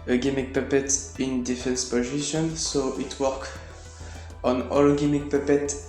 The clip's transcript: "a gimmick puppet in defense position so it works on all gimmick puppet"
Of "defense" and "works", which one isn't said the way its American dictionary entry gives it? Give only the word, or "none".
works